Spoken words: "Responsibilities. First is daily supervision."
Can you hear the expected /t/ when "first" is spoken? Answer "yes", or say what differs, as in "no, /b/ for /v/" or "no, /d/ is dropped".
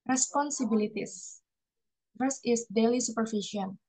no, /t/ is dropped